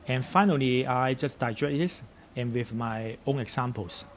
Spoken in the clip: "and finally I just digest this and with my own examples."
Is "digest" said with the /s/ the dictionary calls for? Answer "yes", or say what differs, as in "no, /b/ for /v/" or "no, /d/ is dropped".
no, /s/ is dropped